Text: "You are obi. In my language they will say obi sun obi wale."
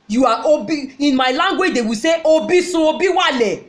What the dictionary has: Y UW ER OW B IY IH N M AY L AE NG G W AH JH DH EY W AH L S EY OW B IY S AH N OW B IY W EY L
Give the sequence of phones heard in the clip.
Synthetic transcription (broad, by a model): Y UW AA OW B IY IH N M AY L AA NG G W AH JH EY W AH S EY OW B IY S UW OW B IY W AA L